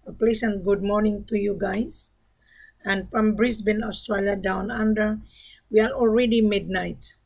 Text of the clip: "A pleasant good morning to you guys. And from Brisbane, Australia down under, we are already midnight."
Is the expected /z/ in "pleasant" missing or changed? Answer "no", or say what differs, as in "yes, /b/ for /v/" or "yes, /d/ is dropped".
yes, /s/ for /z/